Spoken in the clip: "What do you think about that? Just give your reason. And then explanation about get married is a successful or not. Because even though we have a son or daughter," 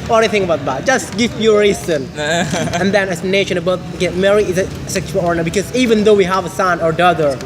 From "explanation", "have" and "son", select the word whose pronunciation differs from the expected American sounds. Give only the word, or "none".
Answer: explanation